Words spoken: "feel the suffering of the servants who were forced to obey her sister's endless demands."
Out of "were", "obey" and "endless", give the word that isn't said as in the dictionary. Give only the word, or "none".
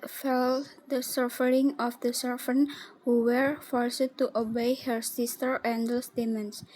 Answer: endless